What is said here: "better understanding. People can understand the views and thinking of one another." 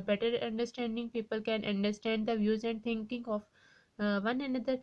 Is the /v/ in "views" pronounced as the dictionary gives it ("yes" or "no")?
yes